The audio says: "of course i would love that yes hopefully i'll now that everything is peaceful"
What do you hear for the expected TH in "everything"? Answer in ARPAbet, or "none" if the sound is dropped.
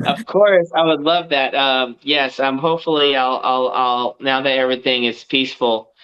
TH